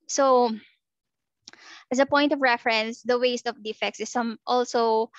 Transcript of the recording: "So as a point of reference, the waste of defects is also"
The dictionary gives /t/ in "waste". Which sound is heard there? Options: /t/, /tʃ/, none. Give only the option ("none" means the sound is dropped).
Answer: /t/